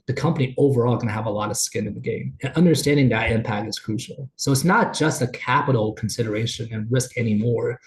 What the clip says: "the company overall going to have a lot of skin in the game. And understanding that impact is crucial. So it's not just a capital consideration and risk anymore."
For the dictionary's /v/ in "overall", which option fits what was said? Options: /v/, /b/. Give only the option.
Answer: /v/